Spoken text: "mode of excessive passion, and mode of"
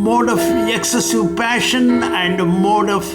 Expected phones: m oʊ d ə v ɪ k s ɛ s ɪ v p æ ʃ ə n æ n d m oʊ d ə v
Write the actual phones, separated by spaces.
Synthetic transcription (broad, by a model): m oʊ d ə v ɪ k s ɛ s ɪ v p æ ʃ ə n æ n d m oʊ d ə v